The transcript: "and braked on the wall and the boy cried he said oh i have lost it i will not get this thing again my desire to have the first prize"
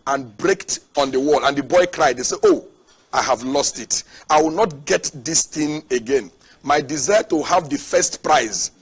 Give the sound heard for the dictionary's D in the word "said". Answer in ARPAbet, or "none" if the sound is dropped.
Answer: none